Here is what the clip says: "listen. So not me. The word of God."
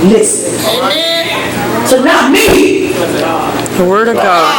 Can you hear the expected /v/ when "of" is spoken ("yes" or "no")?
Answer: yes